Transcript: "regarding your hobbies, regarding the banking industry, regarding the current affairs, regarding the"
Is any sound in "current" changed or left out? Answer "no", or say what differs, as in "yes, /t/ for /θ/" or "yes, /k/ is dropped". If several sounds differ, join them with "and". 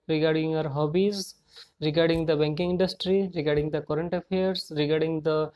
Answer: no